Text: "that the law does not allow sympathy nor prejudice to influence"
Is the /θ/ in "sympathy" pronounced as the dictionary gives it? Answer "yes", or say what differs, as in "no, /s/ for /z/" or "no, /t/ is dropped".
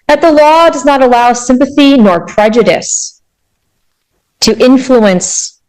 yes